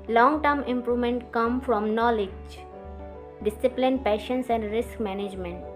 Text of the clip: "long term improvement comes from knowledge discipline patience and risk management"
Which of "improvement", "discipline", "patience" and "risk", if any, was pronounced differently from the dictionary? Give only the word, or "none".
none